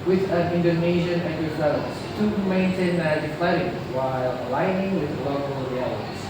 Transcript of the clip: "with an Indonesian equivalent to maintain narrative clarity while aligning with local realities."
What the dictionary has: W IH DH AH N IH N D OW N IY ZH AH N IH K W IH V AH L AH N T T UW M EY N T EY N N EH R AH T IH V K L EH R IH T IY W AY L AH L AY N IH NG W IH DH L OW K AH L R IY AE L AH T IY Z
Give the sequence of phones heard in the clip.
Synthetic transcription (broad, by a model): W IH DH AH N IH N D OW N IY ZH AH N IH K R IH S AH AH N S T UW M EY N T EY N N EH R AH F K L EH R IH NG W AY L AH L AY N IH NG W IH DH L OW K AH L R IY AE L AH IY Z